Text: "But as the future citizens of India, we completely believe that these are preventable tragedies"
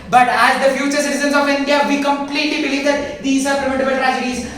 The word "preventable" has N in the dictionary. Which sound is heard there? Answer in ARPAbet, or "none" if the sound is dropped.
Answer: none